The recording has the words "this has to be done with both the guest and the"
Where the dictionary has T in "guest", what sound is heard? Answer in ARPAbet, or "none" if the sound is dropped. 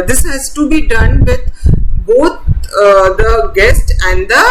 T